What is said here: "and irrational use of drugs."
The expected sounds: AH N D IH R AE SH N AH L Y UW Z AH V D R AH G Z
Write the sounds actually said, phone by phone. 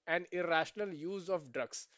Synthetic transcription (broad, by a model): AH N D IH R AE SH N AH L Y UW Z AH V D R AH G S